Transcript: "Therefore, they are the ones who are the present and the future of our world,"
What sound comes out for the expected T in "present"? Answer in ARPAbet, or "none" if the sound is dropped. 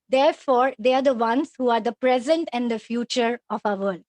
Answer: T